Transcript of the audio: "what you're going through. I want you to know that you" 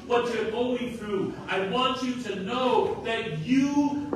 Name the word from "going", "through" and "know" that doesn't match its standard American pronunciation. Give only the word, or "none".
none